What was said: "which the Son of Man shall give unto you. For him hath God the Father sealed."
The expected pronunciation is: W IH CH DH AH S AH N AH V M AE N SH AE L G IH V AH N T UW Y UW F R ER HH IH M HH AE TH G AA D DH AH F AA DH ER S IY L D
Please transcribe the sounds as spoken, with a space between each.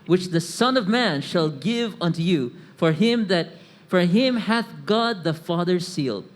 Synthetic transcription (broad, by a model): W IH CH DH AH S AH N AH V M AE N SH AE L G IH V AH N T UW Y UW F R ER HH IH M HH AE TH G AA D DH AH F AA DH ER S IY L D